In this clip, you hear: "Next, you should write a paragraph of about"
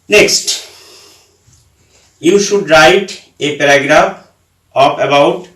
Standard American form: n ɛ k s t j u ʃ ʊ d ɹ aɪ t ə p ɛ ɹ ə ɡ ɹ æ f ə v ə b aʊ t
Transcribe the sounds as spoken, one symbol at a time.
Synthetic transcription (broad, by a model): n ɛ k s t j u ʃ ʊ d ɹ aɪ t ə p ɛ ɹ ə ɡ ɹ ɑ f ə p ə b aʊ t